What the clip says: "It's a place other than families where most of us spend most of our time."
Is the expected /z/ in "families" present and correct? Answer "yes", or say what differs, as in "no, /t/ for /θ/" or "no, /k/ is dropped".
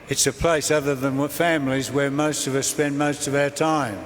yes